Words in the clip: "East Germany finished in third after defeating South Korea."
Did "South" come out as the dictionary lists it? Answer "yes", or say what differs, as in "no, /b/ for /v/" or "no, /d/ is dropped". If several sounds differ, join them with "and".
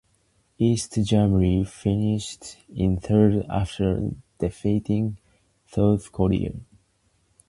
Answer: no, /θ/ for /s/